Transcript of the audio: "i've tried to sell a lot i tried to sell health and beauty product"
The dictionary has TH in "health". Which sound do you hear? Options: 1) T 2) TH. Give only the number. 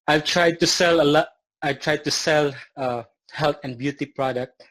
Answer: 1